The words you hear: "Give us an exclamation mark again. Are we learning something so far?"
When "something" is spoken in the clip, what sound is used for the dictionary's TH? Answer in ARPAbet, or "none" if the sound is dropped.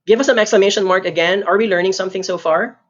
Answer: TH